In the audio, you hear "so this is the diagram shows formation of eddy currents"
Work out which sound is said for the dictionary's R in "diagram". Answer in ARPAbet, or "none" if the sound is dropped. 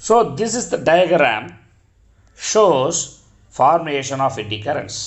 R